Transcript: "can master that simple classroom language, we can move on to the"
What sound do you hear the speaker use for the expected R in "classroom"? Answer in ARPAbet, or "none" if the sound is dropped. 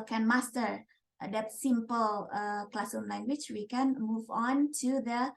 none